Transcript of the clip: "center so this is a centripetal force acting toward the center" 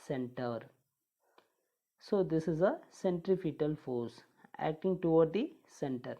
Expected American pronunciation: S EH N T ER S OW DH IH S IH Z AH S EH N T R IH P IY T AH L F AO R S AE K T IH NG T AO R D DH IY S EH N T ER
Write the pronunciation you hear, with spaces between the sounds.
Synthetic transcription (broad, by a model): S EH N T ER S OW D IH S IH Z AH S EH N T R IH F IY T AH L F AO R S AE K T IH NG T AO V D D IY S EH N T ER